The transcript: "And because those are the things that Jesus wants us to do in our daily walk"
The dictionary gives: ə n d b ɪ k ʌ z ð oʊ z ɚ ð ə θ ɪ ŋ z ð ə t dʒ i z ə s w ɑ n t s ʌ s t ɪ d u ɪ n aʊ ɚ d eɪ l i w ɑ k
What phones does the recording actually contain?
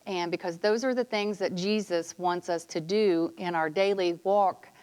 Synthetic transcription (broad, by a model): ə n b ɪ k ʌ z ð oʊ z ɚ ð ə θ ɪ ŋ z ð ə t dʒ i z ə s w ɑ n t s ʌ s t ɪ d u ɪ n aʊ ɚ d eɪ l i w ɑ k